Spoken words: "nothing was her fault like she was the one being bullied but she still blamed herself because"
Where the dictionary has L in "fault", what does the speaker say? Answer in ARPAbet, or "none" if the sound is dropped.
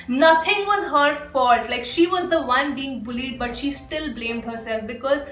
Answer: none